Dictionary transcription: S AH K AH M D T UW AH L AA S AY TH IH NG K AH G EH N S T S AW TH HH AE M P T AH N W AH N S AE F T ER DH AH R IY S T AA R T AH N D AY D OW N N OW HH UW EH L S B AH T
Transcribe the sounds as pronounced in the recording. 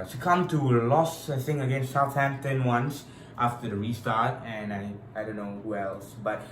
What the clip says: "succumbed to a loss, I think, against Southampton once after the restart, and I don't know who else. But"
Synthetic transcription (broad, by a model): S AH K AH M T UW AH L AA S AY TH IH NG AH G EH N S T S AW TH HH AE M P T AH N W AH N S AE F T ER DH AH R IY S T AA R T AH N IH AY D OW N N OW HH UW EH L S B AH T